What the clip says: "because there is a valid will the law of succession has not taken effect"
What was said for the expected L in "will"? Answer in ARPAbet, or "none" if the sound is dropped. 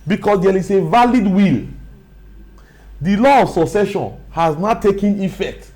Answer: L